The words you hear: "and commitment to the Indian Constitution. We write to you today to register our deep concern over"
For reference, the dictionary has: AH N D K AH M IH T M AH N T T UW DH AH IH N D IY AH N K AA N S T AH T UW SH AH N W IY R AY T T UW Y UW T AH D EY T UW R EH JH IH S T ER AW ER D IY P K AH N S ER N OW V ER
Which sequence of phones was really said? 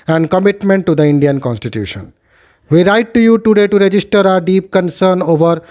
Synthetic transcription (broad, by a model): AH N D K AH M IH T M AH N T T UW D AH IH N D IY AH N K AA N S T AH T UW SH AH N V IY R AY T T UW Y UW T AH D EY T UW R EH JH IH S T ER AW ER D IY P K AH N S ER N OW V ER